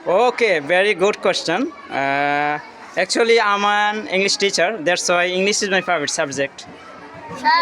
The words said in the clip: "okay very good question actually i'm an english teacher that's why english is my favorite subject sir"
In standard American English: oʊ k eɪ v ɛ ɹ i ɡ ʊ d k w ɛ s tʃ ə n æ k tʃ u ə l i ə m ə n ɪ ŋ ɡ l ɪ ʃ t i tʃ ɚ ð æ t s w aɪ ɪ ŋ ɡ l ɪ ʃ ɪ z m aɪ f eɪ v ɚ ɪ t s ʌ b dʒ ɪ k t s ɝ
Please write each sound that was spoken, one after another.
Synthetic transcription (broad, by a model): oʊ k eɪ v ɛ ɹ i ɡ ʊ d k w ɛ s tʃ ə n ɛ k tʃ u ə l i ə m ə n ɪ ŋ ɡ l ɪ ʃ t i tʃ ɚ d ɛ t s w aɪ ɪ ŋ ɡ l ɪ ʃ ɪ z m aɪ p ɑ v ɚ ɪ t s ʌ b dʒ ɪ k t